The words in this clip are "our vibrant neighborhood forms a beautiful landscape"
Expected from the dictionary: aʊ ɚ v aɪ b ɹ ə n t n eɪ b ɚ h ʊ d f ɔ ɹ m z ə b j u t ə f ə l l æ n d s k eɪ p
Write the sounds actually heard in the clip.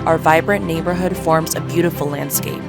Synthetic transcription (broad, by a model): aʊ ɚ v aɪ b ɹ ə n n eɪ b ɚ h ʊ d f ɔ ɹ m z ə b j u t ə f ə l l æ n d s k eɪ p